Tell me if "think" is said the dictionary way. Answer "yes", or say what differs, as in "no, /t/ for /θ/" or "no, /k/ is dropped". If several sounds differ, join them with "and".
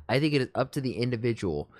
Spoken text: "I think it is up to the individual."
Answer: yes